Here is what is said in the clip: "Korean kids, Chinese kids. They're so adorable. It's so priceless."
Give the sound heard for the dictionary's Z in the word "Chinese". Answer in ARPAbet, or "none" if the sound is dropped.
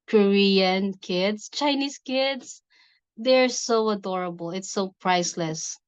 S